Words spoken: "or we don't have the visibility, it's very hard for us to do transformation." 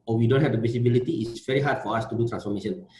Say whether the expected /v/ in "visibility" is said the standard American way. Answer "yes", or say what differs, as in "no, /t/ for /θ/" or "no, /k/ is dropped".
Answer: no, /p/ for /v/